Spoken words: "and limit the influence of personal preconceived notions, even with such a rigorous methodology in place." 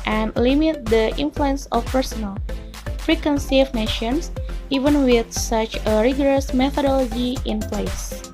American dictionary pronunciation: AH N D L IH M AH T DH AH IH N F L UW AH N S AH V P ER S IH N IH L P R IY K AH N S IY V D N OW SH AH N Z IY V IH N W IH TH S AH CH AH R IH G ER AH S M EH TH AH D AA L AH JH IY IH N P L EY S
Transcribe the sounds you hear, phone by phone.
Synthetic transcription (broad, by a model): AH N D L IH M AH T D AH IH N F L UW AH N S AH F P ER S IH N IH L F R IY K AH N S IY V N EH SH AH N S IY V IH N W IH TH S AH CH AH R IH G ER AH S M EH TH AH D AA L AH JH IY IH N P L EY S